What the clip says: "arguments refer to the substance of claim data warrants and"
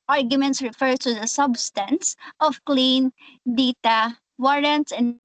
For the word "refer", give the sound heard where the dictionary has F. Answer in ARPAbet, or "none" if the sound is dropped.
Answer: F